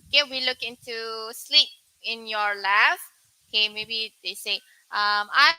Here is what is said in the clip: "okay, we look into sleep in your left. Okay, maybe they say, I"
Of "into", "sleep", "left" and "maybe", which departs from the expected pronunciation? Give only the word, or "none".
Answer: left